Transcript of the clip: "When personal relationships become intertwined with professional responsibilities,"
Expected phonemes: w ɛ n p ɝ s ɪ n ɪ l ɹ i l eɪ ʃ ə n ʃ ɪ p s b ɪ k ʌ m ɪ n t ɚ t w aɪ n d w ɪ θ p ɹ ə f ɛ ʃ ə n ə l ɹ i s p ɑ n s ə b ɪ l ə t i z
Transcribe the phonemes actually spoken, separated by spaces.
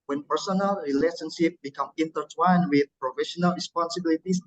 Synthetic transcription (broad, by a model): w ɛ n p ɝ s ɪ n ɪ l ɹ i l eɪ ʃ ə n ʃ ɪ p b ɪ k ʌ m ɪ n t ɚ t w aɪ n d w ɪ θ p ɹ ə f ɛ ʃ ə n ə l ɹ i s p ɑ n s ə b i l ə t i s